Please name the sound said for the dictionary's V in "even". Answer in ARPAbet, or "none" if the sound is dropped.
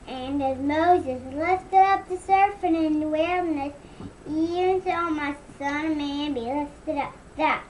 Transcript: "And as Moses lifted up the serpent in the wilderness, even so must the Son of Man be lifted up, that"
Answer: none